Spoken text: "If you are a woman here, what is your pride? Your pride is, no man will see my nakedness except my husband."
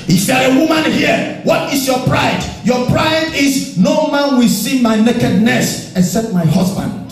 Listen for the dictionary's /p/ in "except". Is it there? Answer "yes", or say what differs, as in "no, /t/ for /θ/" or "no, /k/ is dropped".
no, /p/ is dropped